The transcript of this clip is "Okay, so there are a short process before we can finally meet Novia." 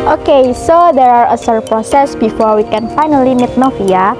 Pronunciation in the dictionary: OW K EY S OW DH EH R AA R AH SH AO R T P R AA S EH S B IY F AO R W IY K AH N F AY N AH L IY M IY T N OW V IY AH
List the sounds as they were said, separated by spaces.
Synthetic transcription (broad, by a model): OW K EY S OW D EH R AA R AH S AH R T P R AA S EH S B IY F AO R W IY K AH N F AY N AH L IY M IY T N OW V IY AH